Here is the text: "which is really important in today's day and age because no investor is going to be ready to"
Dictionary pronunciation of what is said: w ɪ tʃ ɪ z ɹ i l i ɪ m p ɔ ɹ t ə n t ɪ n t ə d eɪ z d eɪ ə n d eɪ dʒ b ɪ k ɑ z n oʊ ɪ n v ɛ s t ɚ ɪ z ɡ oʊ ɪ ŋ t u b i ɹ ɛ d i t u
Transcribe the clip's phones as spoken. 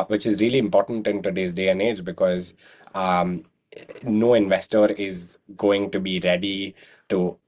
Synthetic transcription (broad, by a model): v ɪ tʃ ɪ z ɹ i l i ɪ m p ɔ ɹ t ə n t ɪ n t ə d eɪ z d eɪ ə n d eɪ dʒ b ɪ k ɑ z n oʊ ɪ n v ɛ s t ɚ ɪ z ɡ oʊ ɪ ŋ t u b i ɹ ɛ d i t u